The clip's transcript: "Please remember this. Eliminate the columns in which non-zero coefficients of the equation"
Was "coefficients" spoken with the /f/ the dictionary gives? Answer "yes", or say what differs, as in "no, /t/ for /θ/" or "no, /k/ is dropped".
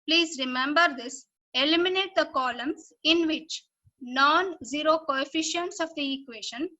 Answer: yes